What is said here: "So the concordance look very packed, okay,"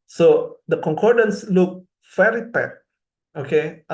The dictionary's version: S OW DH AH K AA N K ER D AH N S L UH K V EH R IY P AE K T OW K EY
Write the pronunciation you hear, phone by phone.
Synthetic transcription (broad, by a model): S OW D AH K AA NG K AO D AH N S L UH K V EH R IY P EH T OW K EY